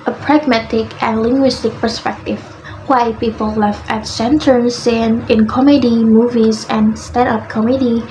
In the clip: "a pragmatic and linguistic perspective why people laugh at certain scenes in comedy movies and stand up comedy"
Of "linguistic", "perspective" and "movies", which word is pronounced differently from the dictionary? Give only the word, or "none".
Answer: none